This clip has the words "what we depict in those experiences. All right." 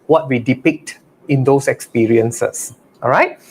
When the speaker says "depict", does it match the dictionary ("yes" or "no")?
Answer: yes